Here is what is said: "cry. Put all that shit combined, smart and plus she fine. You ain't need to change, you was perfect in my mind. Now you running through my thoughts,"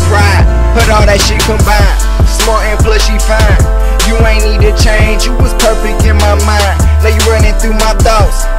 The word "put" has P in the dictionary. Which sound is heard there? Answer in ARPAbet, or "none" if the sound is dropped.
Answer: B